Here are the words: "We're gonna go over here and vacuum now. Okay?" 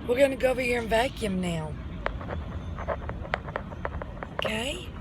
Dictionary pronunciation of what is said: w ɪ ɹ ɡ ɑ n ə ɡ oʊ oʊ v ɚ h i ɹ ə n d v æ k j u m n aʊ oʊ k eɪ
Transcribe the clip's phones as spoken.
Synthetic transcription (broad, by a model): w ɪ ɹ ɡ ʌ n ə ɡ oʊ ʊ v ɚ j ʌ ɹ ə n v æ k j u m n aʊ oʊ k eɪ